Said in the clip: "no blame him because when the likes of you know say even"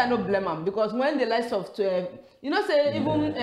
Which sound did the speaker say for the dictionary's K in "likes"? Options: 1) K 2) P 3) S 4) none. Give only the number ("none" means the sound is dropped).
4